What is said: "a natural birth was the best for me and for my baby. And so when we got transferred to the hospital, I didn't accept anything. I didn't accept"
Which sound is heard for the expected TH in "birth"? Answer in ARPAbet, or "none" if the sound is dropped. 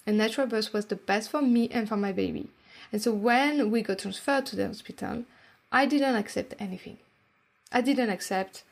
S